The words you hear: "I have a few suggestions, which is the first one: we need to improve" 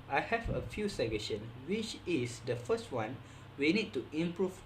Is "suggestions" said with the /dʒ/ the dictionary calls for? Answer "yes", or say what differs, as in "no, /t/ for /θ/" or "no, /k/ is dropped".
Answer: no, /dʒ/ is dropped